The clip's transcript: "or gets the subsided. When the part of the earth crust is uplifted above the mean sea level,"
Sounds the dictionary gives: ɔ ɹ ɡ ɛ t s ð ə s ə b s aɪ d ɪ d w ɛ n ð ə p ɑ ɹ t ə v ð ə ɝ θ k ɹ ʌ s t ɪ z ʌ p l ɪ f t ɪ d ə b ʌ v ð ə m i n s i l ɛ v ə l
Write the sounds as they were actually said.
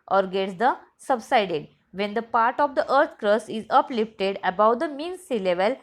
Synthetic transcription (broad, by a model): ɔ ɹ ɡ ɛ t s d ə s ə b s aɪ d ɪ d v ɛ n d ə p ɑ ɹ t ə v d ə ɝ t k ɹ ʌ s ɪ z ʌ p l ɪ f t ɪ d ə b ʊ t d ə m i n s i l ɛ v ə l